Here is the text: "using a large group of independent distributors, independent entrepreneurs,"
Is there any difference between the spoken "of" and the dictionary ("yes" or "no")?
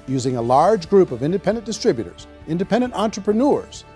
no